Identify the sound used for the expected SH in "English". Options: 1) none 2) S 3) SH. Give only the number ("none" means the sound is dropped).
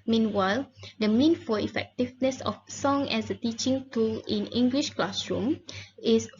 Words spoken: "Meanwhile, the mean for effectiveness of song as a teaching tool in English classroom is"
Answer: 3